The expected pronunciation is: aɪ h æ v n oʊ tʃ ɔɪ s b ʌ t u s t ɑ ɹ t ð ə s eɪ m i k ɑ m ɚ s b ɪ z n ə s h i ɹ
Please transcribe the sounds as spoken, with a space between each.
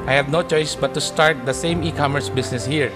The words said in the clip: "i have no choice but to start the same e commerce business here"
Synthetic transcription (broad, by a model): aɪ h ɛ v n oʊ tʃ ɔɪ s b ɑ t u s t ɑ ɹ t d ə s eɪ m i k ɑ m ɚ s b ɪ s n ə s h i ɹ